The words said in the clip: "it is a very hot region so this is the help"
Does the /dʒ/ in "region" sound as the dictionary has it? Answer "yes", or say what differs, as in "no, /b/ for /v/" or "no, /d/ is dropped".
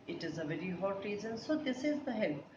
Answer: no, /z/ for /dʒ/